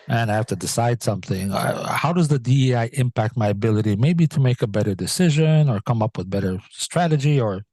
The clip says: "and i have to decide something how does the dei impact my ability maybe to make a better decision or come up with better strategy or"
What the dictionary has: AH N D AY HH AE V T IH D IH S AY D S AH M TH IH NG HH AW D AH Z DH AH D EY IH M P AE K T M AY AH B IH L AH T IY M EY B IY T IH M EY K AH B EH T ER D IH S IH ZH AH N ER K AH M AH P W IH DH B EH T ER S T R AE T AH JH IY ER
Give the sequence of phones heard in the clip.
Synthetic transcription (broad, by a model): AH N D AY HH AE F T IH D IH S AY D S AH M TH IH NG HH AW D AH Z DH AH D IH IH M P AE K T M AY AH B IH L AH T IY M EY B IY T IH M EY K AH B EH T ER D IH S IH ZH AH N ER K AH M AH P W IH DH B EH T ER S T R AE T AH JH IY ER